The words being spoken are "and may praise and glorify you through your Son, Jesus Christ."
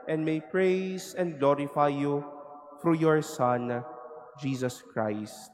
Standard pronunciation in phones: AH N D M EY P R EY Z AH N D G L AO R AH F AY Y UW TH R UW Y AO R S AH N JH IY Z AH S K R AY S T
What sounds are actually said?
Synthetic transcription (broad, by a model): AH N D M EY P R EY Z AH N D G L AO R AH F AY Y UW F R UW Y AO R S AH N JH IY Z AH S K R AY S T